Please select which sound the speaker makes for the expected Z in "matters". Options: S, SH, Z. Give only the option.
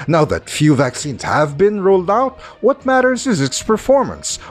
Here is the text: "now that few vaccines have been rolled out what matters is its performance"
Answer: Z